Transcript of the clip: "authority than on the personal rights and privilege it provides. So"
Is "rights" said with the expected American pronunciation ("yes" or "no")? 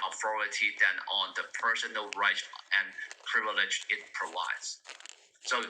no